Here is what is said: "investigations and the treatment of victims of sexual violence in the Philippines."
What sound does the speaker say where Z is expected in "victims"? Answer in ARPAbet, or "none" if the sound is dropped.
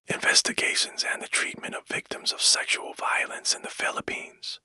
Z